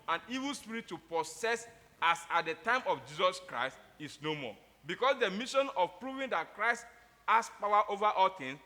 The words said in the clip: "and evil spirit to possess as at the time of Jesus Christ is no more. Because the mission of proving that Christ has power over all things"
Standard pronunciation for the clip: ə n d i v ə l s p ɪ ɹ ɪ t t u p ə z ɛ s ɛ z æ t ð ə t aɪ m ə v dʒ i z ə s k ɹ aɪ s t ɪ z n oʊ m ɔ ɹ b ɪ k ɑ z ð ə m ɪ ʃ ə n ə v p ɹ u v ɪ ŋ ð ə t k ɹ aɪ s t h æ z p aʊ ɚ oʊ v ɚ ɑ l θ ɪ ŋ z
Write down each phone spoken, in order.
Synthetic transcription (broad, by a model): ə n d i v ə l s p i ɹ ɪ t t u p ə s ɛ s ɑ s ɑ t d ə t aɪ m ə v dʒ i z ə s k ɹ aɪ s t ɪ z n oʊ m ɔ b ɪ k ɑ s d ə m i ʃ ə n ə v p ɹ u v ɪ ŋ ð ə t k ɹ aɪ s t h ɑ s p aʊ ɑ oʊ v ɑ ɑ l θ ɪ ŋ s